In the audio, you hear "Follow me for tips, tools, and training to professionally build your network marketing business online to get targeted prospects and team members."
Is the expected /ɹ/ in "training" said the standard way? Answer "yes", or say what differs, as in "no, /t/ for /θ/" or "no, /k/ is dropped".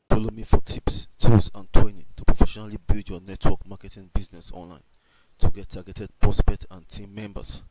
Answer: no, /w/ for /ɹ/